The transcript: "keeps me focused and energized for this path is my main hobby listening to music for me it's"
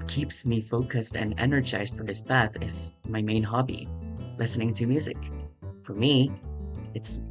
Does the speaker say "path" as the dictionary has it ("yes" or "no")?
no